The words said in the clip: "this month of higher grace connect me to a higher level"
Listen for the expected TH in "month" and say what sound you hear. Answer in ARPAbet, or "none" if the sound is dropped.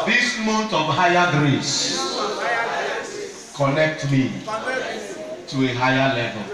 T